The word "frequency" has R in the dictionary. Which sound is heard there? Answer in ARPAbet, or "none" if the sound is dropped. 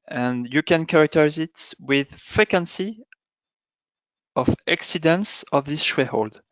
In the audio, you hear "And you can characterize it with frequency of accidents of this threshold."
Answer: none